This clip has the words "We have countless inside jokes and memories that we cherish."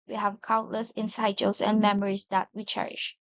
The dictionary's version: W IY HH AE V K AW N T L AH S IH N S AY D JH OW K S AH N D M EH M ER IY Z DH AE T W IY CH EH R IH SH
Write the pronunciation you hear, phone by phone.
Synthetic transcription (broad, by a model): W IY HH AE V K AW N T L AH S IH N S AY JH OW S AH N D M EH M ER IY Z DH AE T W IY CH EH R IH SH